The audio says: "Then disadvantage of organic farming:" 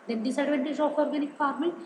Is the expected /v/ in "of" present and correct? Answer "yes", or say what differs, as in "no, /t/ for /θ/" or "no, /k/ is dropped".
no, /p/ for /v/